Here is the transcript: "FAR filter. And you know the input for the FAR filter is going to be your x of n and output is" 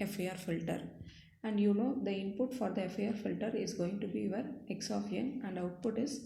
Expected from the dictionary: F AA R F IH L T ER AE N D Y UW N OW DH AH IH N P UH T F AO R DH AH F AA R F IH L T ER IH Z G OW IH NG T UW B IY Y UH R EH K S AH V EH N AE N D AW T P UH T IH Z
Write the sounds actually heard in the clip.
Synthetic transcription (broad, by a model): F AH R F IH L T ER AE N D Y UW N OW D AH IH N P UH T F AO R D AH F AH R F IH L T ER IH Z G OW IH NG T UW B IY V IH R EH K S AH P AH N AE N D AW T P UH T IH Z